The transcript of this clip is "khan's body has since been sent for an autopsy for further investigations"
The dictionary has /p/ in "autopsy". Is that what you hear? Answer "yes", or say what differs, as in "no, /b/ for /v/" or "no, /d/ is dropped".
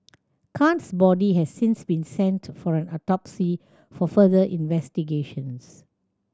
yes